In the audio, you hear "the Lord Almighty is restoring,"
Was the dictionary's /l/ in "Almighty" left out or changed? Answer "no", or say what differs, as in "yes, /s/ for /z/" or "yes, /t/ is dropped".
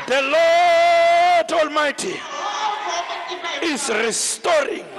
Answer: no